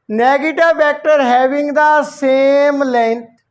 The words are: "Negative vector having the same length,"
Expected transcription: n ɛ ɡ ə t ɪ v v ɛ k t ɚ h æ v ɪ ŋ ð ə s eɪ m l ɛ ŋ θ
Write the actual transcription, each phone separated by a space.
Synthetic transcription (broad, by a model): n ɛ ɡ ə t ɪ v b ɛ k t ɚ h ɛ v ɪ ŋ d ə s eɪ m l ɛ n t